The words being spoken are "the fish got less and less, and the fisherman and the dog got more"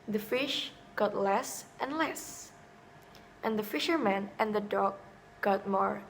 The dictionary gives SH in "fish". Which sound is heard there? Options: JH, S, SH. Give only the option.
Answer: SH